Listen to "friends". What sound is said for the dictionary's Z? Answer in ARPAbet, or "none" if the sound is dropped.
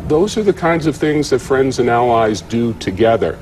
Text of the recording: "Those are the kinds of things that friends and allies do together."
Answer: Z